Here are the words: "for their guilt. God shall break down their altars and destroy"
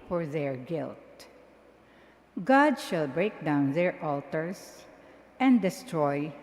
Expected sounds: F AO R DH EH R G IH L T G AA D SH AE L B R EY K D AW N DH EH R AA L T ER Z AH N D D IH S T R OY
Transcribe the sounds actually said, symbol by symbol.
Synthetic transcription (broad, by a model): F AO R DH EH R G IH L T G AA D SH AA L B R EY K D AW N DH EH R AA L T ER S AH N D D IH S T R OY